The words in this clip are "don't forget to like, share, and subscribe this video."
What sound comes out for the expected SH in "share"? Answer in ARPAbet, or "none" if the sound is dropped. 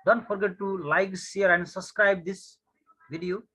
S